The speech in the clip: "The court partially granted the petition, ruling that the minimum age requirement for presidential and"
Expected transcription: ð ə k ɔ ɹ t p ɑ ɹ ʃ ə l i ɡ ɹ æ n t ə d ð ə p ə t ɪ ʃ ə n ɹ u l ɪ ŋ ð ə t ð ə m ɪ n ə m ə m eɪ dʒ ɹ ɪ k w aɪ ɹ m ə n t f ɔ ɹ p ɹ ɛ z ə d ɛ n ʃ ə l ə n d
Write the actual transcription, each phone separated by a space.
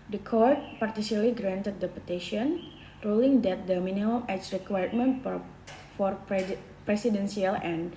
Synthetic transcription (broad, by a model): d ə k ɔ ɹ t p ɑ ɹ s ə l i ɡ ɹ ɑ n t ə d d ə p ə t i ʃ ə n ɹ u l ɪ ŋ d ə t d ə m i n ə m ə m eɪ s ɹ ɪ k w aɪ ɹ m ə n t f ɔ ɹ p ɹ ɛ s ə d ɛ n s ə l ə n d